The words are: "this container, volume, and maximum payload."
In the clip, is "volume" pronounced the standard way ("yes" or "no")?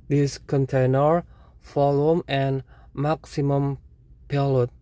no